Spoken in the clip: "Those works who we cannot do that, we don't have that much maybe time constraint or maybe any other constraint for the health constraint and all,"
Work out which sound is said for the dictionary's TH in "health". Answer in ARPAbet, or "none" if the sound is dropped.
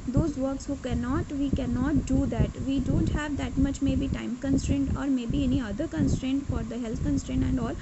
T